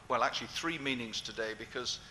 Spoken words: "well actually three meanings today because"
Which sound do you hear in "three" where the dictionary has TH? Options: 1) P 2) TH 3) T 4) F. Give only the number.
2